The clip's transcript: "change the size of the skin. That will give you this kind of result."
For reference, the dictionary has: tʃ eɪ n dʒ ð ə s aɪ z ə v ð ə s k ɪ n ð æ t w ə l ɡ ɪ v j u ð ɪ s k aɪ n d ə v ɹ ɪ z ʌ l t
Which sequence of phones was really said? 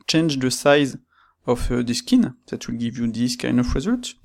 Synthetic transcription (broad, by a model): tʃ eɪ n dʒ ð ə s aɪ z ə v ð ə s k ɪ n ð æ t w ə l ɡ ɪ v j u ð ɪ s k aɪ n d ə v ɹ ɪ z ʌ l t